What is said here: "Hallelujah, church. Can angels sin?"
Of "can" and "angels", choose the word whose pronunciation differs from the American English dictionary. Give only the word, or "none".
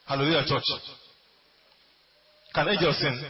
angels